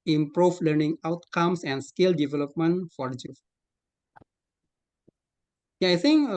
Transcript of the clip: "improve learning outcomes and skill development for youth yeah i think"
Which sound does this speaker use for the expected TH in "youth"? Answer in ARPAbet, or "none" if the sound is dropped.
F